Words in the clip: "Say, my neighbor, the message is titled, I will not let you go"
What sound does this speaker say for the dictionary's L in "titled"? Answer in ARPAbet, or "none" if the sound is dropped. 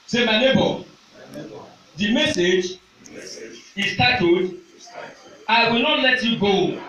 none